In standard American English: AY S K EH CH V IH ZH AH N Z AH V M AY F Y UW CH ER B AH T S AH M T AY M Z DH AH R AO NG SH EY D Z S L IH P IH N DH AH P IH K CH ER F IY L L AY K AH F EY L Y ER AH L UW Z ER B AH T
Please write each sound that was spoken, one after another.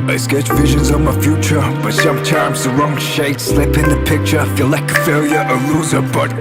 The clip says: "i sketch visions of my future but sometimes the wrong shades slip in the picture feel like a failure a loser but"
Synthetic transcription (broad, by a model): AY S K EH CH V IH ZH AH N Z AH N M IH F Y UW CH ER B AH T S AH M T AY M Z DH AH R AO NG SH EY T S L IH P IH N DH AH P IH K CH ER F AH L L AY K AH F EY L Y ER AH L UW Z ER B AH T